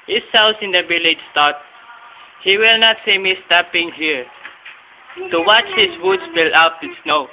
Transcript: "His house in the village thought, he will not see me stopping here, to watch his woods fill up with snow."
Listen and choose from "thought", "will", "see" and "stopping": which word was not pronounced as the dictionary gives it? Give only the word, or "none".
thought